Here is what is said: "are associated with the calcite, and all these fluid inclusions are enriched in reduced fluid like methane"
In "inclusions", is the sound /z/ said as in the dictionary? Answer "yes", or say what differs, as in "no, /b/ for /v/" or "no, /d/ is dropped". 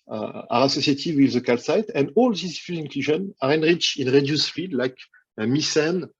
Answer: no, /z/ is dropped